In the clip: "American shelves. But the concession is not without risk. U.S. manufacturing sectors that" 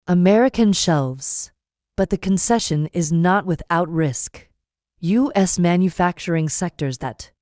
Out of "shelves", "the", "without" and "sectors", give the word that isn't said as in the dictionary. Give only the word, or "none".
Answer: none